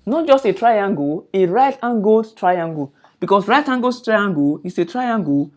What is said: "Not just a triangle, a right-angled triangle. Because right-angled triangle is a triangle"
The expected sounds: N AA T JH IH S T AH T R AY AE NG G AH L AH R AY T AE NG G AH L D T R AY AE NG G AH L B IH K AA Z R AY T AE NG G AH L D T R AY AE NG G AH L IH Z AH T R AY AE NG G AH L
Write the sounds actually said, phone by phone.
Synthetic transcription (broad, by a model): N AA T JH IH S T AH T R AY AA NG G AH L AH R AY T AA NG G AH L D T R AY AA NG G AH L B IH K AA S R AY T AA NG G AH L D T R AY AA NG G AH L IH S AH T R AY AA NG G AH